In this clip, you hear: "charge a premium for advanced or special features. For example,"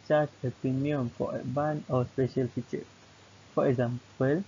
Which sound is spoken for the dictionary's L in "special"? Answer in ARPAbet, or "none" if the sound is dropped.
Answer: L